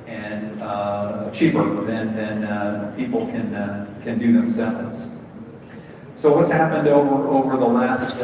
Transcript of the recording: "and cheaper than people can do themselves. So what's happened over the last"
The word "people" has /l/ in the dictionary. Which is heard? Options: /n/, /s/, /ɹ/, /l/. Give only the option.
/n/